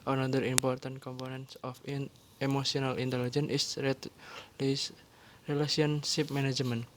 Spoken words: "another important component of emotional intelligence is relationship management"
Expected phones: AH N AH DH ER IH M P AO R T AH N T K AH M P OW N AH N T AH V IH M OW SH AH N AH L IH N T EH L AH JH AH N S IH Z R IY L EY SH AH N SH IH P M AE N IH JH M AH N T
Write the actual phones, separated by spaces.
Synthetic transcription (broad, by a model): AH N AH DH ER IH M P AO R T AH N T K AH M P OW N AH N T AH F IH M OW S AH N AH L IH N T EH L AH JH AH N IH S R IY L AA S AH N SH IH P M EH N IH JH M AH N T